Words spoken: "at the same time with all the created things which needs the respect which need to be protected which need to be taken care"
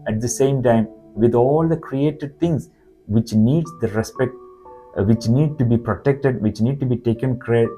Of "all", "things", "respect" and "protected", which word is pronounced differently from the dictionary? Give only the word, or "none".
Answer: things